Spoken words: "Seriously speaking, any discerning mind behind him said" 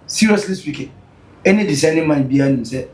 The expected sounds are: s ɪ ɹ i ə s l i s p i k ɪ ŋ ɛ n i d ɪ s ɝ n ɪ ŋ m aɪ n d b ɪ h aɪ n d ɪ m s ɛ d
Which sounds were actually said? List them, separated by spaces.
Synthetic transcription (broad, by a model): s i ɹ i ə s l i s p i k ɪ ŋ ɛ n i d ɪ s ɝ n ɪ m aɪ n b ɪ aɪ n ɪ m s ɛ